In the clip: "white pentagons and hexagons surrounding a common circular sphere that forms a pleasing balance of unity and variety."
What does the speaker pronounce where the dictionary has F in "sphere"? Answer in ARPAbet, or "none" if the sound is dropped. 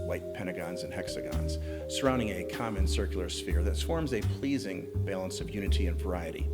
F